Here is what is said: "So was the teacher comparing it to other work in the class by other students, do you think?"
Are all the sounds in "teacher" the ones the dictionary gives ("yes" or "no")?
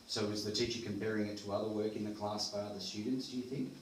yes